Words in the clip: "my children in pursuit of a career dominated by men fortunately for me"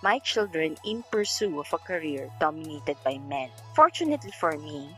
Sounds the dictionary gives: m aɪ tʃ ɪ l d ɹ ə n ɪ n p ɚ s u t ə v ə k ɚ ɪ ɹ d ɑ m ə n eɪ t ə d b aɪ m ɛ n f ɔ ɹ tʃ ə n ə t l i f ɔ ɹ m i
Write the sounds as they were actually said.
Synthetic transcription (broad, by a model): m aɪ tʃ ɪ l d ɹ ə n ɪ n p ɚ s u ə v ə k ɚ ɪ ɹ d ɑ m ə n eɪ t ə d b aɪ m ɛ n f ɔ ɹ tʃ ə n ə t l i f ɔ ɹ m i